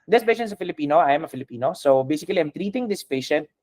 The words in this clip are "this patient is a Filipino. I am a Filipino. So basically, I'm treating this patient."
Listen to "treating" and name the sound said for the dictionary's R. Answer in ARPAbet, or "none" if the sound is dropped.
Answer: R